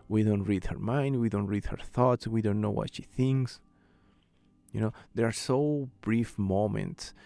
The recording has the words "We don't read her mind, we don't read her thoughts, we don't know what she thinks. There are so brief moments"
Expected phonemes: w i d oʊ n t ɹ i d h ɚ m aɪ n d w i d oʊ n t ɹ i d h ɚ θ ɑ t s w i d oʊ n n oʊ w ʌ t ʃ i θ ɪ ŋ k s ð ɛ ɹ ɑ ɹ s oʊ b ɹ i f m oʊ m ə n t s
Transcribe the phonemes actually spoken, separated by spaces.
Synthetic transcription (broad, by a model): w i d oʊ n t ɹ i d h ɚ m aɪ n d w i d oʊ n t ɹ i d h ɚ θ ɑ t s w i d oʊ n n oʊ w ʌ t ʃ i θ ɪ ŋ k s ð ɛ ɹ ɑ ɹ s oʊ b ɹ i f m oʊ m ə n t s